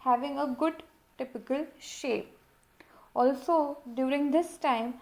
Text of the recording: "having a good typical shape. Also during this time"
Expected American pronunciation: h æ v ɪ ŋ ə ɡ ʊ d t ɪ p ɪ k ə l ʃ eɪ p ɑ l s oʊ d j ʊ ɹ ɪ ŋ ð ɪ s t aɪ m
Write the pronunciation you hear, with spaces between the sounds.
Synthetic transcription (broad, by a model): h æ v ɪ ŋ ə ɡ ʊ d t ɪ p ɪ k ə l ʃ eɪ p ɑ l s oʊ d j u ɹ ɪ ŋ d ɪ s t aɪ m